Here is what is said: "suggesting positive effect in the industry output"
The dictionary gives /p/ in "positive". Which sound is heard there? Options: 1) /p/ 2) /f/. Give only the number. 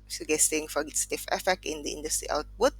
2